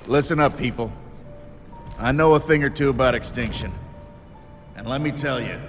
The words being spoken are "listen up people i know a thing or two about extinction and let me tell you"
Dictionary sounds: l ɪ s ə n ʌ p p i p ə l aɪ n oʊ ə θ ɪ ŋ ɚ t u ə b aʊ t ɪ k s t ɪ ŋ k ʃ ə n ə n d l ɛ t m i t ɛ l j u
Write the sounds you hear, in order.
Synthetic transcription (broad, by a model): l ɪ s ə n ʌ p p i p l aɪ n oʊ ə θ ɪ ŋ ɚ t u ə b aʊ t ɪ k s t ɪ ŋ k ʃ ə n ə n l ɛ t m i t ɛ l j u